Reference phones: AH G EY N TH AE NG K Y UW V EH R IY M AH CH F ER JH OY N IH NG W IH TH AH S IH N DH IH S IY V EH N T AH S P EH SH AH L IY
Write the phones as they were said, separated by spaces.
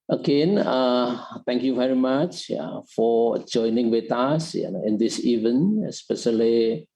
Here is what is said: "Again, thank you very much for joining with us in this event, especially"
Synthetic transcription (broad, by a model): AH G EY N T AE NG K Y UW V EH R IY M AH CH F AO JH OY N IH NG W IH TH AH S IH N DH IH S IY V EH N AH S P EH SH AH L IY